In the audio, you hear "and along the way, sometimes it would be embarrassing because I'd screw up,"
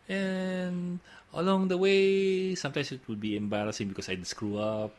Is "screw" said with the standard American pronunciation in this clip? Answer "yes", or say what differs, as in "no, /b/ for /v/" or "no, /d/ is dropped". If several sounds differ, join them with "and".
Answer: yes